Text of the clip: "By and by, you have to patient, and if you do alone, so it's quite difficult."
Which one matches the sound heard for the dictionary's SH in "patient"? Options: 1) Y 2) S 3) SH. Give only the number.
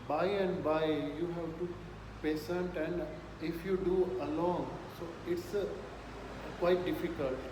2